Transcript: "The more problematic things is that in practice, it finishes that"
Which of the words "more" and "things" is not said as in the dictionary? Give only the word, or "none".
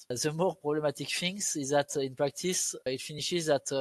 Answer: things